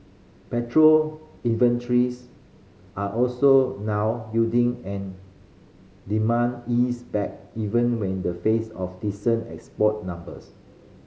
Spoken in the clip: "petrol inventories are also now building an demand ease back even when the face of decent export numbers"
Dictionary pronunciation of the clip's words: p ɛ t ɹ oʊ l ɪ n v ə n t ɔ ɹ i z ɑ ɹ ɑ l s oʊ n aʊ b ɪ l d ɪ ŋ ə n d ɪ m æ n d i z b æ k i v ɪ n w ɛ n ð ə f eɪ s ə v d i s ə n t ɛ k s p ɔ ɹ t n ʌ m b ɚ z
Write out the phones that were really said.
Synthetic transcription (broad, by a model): p ɛ t ɹ oʊ l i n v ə n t ɹ i s ɑ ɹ ɑ l s oʊ n aʊ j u d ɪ ŋ ə n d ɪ m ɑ n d i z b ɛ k i v ɪ n w ɛ n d ə f eɪ s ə f d i s ə n t ɛ k s p ɔ t n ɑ m b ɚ s